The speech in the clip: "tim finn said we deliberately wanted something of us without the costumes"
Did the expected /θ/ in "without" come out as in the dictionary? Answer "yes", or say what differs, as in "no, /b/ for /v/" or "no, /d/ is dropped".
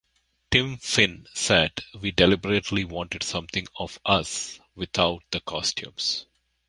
no, /t/ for /θ/